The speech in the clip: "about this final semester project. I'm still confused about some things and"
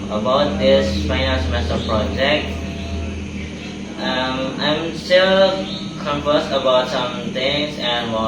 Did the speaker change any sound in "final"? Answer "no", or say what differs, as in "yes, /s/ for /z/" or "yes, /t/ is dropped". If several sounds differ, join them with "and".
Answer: yes, /n/ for /l/